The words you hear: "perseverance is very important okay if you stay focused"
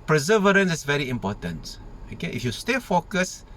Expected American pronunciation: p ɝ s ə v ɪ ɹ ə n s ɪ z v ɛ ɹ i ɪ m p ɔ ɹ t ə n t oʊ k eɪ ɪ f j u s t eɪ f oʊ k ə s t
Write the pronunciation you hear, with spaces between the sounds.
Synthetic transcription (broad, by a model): p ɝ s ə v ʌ ɹ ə n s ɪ s v ɛ ɹ i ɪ m p ɔ t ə n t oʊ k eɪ ɪ f j u s t eɪ f oʊ k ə s